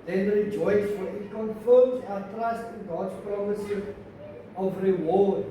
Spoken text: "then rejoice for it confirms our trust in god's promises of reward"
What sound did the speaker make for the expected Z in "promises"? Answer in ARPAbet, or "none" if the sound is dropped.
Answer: none